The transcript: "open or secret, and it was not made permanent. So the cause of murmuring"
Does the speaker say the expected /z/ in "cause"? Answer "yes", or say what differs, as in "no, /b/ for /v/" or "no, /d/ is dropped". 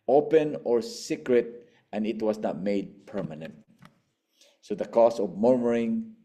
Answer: no, /s/ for /z/